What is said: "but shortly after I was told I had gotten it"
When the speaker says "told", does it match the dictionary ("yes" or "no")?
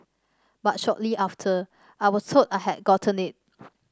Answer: no